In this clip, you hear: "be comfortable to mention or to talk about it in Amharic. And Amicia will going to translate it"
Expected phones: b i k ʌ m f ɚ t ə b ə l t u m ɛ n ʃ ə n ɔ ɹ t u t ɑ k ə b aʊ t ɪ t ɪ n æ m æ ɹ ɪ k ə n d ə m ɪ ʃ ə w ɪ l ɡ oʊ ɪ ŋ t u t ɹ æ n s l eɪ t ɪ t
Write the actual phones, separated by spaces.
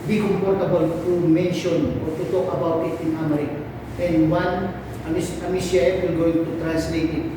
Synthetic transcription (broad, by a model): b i k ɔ m p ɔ t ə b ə l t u m ɛ n ʃ ə n ɔ ɹ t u t ɑ k ə b aʊ t ɪ t ɪ n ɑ m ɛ ɹ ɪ k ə n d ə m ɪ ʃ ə w ɪ l ɡ oʊ ɪ ŋ t u t ɹ æ n s l eɪ t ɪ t